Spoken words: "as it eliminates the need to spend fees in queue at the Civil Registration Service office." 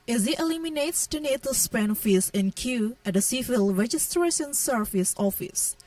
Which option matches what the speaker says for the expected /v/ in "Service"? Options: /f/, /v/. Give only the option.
/f/